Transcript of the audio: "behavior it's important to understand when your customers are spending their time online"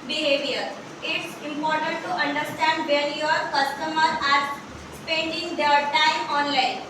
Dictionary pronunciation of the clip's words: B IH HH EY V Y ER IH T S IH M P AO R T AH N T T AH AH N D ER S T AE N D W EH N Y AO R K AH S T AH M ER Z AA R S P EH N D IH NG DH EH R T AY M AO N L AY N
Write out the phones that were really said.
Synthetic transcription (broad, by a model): B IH HH EY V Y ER IH T S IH M P AO R T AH N T T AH AH N D ER S T AE N D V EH L Y AO R K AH S T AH M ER AA R S P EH N D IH NG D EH R T AY M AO N L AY N